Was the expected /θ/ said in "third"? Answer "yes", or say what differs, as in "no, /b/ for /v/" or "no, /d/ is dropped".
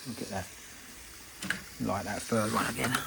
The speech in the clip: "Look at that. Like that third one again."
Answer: no, /f/ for /θ/